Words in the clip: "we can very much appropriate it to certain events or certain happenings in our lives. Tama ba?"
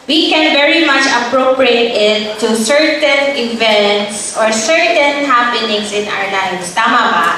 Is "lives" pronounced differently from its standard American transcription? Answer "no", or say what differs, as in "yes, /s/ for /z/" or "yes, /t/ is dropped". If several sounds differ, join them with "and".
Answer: yes, /s/ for /z/